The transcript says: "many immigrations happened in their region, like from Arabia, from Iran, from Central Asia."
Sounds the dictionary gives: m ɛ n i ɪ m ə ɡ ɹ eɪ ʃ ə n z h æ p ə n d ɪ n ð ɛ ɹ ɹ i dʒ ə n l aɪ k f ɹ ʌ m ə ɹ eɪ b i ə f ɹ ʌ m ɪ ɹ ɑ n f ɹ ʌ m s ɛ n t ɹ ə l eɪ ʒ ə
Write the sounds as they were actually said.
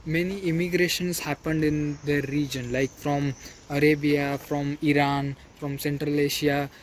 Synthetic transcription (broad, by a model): m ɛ n i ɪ m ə ɡ ɹ eɪ ʃ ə n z h æ p ə n d ɪ n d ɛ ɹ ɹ i dʒ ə n l aɪ k f ɹ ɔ m ə ɹ eɪ b i ə f ɹ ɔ m ɪ ɹ ɑ n f ɹ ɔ m s ɛ n t ɹ ə l eɪ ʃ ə